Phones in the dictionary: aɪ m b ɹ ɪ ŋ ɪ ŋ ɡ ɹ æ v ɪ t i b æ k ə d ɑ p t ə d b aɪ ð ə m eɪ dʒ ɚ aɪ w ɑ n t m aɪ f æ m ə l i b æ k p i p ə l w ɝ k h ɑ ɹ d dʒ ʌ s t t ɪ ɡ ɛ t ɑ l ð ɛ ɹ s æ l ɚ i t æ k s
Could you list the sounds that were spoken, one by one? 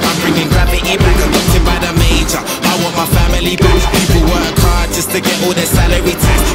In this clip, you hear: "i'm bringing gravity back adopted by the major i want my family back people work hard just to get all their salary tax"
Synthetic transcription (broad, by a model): aɪ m b ɹ ɪ ŋ ɪ ŋ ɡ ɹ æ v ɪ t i b æ k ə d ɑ t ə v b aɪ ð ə m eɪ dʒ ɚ aɪ w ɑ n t m aɪ f æ m ə l i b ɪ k p i p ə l w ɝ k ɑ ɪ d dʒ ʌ s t t ɪ ɡ ɛ t ɑ l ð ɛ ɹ s æ l ɚ i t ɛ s